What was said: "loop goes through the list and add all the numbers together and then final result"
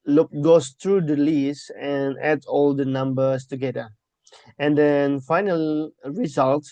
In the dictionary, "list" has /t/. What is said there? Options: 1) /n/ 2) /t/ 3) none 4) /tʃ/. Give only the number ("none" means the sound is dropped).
3